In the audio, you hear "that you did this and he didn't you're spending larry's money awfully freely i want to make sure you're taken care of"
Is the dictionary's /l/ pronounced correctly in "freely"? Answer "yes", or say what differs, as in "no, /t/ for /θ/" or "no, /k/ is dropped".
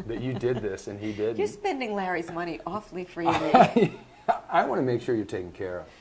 no, /l/ is dropped